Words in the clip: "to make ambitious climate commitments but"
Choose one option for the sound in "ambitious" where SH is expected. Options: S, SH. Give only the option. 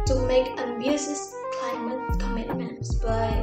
S